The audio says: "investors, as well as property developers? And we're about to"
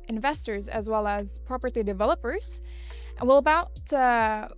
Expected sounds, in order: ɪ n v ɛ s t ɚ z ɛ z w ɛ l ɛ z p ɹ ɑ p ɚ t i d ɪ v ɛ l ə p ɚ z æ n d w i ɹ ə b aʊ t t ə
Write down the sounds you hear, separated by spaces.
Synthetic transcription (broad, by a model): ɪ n v ɛ s t ɚ z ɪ z w ɛ l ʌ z p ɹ ɑ p ɚ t i d ɪ v ɛ l ə p ɚ z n w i l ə b aʊ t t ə